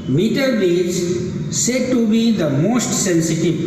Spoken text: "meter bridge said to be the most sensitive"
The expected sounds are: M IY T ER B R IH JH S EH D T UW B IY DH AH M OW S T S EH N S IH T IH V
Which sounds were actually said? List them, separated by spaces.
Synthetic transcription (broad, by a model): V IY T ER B IY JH S EH D T UW B IY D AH M OW S T S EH N S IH T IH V